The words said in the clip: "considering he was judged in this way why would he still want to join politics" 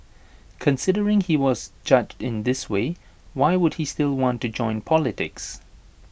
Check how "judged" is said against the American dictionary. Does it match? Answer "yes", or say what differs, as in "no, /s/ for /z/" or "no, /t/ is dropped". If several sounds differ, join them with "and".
yes